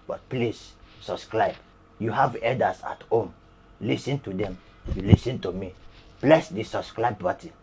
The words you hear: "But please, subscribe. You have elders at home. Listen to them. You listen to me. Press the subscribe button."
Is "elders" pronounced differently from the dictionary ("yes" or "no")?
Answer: yes